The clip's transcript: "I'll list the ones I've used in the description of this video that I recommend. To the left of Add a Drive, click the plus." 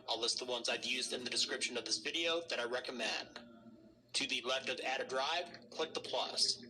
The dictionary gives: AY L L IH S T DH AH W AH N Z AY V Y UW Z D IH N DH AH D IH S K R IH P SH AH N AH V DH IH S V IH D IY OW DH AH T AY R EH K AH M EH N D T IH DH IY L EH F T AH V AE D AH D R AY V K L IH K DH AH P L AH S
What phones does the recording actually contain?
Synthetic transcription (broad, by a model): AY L L IH S T DH AH W AH N Z AY V Y UW Z D IH N DH AH D IH S K R IH P SH AH N AH V DH IH S V IH D IY OW DH AH T AY R EH K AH M EH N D T IH DH IY L EH F T AH V AE D AH D R AY V K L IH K DH AH P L AH S